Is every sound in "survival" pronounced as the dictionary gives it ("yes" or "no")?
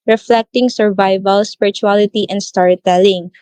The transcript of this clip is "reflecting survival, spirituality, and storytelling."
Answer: yes